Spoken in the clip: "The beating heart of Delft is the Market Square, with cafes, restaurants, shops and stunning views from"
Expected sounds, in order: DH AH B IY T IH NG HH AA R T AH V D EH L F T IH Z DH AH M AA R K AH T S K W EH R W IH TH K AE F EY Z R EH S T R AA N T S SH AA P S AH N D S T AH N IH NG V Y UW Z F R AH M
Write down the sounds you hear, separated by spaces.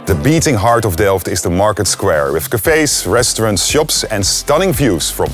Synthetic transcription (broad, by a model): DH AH B IY T IH NG HH AA R T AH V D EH L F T IH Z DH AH M AA R K AH T S K W EH R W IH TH K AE F EY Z R EH S T R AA N T SH AA P S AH N S T AH N IH NG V Y UW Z F R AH M